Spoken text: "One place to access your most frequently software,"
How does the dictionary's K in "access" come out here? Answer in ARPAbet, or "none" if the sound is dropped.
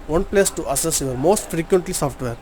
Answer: none